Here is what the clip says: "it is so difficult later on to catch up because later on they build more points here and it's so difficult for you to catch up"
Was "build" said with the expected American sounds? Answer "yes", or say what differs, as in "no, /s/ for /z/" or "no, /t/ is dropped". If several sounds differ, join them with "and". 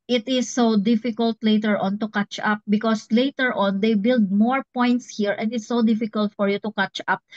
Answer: yes